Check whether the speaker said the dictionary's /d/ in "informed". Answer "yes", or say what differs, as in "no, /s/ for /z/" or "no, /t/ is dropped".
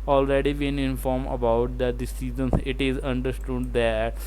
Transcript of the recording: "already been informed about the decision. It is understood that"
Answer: no, /d/ is dropped